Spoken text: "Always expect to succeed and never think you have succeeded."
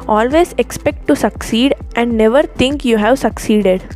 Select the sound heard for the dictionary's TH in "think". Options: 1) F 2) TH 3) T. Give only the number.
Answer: 3